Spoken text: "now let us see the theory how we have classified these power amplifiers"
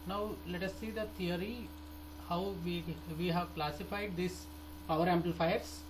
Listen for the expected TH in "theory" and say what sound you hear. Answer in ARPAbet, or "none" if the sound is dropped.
T